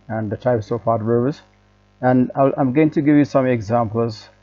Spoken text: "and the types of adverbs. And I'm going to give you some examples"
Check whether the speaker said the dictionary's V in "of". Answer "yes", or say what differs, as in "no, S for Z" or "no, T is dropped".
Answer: no, F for V